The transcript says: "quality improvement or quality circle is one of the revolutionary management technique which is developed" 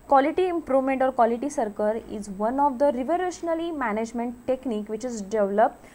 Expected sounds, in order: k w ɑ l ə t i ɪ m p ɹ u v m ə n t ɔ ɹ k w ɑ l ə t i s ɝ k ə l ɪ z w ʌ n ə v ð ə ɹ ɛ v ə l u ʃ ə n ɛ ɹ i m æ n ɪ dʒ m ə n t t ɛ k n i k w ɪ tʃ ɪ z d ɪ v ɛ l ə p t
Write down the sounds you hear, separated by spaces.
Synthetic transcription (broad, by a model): k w ɑ l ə t i ɪ m p ɹ u v m ə n t ɔ ɹ k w ɑ l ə t i s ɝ k ə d ɪ z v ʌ n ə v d ə ɹ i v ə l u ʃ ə n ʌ l i m æ n ɪ dʒ m ə n t t ɛ k n i k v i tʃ ɪ z d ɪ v l ə p t